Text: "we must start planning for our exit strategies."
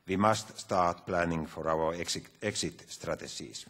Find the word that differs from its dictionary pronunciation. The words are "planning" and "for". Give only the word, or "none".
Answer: none